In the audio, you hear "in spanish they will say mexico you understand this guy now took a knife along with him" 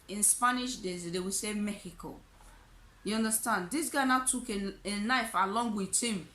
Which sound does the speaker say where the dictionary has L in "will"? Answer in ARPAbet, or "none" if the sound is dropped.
W